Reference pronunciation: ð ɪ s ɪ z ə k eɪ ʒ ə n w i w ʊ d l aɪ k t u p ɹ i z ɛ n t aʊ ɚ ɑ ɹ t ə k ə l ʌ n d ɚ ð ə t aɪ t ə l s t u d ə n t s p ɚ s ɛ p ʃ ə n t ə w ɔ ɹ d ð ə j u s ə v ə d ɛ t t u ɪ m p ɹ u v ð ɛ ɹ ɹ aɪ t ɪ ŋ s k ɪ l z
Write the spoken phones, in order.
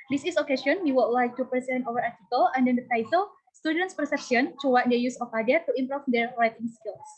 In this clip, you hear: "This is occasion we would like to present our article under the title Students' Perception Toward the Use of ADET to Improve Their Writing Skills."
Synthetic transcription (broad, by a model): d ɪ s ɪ s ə k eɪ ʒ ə n w i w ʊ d l aɪ k t u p i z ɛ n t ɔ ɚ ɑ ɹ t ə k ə l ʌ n d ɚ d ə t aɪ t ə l s t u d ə n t s p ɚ s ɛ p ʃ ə n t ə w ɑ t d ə j u s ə f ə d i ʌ t u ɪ m p ɹ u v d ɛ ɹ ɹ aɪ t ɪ ŋ s k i l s